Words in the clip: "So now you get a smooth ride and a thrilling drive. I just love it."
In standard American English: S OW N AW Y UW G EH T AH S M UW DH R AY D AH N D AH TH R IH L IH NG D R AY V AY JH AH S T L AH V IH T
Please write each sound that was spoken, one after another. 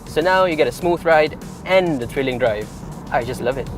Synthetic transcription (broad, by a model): S OW N AW Y UW G EH T AH S M UW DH R AY D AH N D AH T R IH L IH NG D R AY V AY JH AH S T L AH V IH T